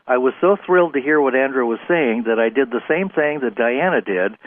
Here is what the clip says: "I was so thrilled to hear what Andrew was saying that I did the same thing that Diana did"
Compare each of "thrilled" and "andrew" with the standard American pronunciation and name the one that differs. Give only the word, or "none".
none